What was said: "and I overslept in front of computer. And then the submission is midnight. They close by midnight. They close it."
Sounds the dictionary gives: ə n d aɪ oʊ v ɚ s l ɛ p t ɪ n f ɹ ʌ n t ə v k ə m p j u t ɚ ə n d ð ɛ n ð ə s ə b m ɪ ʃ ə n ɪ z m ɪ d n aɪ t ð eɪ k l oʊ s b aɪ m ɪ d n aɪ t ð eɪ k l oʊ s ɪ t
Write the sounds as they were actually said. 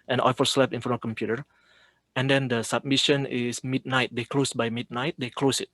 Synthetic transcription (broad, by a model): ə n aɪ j f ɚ s l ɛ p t ɪ n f ʌ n ə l k ə m p j u t ɚ ə n d ɛ n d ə s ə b m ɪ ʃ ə n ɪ s m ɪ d n aɪ t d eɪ k l oʊ s b aɪ m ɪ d n aɪ t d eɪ k l oʊ s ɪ t